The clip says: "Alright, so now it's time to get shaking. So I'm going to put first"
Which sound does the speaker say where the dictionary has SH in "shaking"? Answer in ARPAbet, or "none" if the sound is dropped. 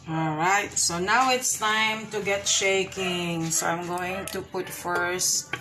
SH